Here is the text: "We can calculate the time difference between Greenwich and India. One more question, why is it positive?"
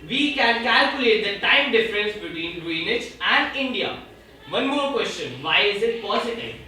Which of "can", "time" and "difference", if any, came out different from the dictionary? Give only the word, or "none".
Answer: none